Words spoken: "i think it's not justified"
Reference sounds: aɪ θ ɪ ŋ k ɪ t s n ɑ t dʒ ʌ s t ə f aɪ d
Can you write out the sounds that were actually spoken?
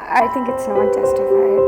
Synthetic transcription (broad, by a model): aɪ θ ɪ ŋ k ɪ t s n ɑ t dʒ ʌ s t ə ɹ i